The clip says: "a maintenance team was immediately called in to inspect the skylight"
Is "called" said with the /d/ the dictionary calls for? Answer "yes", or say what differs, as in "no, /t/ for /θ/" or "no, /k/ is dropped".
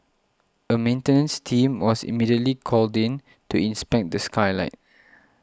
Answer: yes